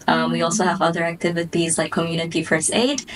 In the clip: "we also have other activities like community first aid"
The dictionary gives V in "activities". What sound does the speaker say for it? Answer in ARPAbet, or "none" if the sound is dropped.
V